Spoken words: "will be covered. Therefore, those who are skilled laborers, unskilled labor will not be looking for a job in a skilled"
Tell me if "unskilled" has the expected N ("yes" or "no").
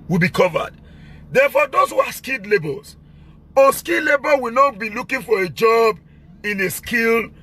no